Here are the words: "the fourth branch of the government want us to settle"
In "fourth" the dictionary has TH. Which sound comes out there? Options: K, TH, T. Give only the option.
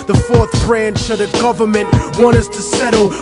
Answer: TH